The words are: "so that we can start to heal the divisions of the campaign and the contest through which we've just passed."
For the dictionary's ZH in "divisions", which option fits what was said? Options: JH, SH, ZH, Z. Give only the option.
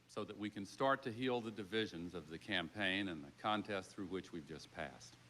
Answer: ZH